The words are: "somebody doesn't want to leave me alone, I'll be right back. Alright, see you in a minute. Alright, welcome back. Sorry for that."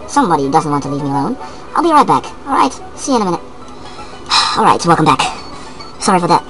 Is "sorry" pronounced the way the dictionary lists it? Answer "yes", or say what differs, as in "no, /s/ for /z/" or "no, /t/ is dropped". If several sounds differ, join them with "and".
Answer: yes